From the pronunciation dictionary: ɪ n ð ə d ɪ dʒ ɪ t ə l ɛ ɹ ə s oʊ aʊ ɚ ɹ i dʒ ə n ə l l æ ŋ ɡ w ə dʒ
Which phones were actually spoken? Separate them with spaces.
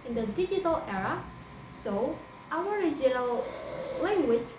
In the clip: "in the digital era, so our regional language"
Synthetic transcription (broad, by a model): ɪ n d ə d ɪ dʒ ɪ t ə l ɛ ɹ ə s oʊ aʊ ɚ ɹ i dʒ ə n ə l l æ ŋ ɡ w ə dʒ